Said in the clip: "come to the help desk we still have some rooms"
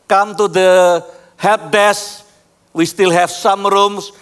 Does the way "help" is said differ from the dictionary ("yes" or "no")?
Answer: yes